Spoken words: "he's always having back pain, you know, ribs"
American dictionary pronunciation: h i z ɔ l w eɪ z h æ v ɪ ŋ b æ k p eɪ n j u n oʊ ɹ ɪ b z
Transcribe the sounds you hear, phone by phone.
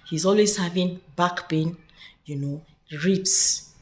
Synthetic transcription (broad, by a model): h i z ɔ l w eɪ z h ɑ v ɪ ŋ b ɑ k b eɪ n j u n oʊ ɹ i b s